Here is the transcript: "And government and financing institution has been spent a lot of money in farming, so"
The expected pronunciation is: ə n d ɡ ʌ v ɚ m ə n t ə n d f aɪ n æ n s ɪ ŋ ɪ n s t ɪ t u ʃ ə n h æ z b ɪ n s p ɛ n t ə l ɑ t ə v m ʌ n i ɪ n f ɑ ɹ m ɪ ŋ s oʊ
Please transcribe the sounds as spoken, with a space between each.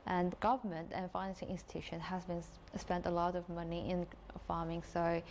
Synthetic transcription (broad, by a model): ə n ɡ ʌ v ɚ m ə n t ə n f aɪ n æ n s ɪ ŋ ɪ n s t ɪ t u ʃ ə n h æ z b ɪ n s p ɛ n t ə l ɑ t ə v m ʌ n i ɪ n f ɑ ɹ m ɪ ŋ s oʊ